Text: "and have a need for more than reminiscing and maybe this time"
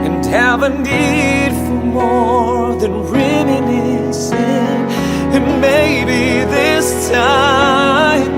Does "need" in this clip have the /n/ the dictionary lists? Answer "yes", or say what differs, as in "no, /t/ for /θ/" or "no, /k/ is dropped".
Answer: yes